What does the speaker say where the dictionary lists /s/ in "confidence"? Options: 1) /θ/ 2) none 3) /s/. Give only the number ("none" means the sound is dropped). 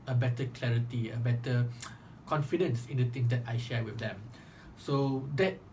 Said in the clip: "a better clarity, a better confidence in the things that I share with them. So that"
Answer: 3